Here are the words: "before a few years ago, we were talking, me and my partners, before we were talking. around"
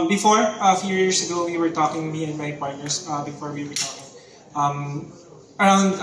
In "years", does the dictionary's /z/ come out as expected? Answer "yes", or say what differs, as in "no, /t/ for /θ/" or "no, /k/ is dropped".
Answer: no, /s/ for /z/